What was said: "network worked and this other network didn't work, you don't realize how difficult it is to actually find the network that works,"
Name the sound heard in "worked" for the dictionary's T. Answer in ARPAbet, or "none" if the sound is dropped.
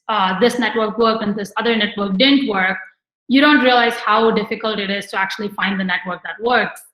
none